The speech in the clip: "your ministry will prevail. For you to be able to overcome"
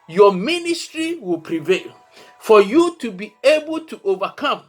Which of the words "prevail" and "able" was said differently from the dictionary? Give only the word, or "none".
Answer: none